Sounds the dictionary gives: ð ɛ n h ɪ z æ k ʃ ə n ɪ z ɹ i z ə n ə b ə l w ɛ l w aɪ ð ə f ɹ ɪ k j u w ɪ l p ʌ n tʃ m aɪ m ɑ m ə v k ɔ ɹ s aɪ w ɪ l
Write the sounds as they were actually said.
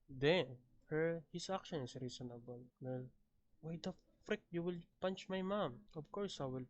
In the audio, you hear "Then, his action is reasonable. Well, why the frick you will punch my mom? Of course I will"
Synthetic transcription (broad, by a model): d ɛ n h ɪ s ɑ k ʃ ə n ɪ s ɹ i s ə n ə b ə l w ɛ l w aɪ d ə f ɹ ɪ k j u w ɪ l p ʌ n tʃ m aɪ m ɑ m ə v k ɔ ɹ s aɪ w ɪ l